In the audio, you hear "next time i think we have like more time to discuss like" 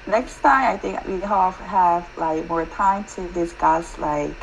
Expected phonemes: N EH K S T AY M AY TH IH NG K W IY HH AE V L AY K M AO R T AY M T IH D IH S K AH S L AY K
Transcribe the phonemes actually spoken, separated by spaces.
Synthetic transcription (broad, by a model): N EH K S T AY M AY TH IH NG K W IY HH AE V L AY K M AO R T AY M T IH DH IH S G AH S L AY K